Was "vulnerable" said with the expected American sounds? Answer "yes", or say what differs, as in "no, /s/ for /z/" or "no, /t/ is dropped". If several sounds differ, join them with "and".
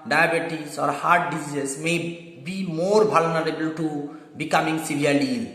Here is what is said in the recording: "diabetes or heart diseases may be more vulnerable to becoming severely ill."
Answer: no, /b/ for /v/